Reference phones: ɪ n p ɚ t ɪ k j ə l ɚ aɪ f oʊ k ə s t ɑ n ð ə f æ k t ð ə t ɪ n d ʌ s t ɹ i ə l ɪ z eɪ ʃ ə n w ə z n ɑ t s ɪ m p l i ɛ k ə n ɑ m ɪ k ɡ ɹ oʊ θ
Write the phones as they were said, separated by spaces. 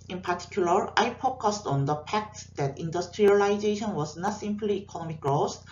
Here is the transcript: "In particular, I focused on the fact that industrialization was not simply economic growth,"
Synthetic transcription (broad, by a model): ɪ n p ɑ t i k j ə l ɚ aɪ p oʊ k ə s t ɑ n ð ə p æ k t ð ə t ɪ n d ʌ s t ɹ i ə l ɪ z eɪ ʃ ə n w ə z n ɑ t s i m p l i k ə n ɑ m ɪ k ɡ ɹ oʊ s